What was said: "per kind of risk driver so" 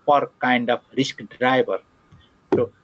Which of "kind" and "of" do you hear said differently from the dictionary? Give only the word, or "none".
of